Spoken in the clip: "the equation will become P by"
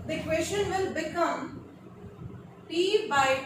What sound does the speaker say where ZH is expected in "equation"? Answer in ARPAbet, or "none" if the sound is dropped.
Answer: S